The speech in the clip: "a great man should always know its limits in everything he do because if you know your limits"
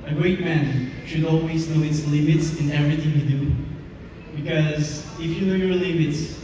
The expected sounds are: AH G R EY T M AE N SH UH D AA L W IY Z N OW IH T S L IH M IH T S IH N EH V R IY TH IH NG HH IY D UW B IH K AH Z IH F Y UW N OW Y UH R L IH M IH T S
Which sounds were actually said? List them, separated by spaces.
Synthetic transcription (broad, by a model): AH G R EY T M AE N SH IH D AA L W IY Z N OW IH T S L IH M IH T S IH N EH V R IY TH IH NG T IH D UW B IH K AH Z IH F Y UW N OW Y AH R L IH M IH T S